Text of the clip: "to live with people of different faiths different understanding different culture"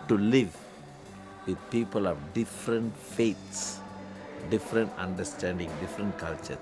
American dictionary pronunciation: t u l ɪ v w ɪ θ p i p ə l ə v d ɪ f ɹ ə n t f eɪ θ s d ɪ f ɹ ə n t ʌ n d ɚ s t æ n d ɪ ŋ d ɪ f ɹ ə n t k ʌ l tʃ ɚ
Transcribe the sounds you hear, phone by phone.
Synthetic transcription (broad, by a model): t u l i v w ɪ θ p i p ə l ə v d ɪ f ɹ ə n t f eɪ t s d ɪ f ɹ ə n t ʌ n d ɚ s t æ n d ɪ ŋ d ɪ f ɹ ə n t k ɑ l tʃ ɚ